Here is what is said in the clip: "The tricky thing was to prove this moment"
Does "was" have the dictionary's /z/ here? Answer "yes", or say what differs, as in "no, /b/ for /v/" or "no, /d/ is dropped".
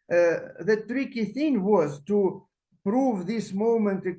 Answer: yes